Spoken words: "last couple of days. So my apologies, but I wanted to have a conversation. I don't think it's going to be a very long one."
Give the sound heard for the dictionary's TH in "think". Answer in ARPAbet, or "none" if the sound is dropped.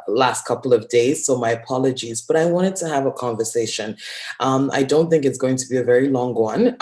TH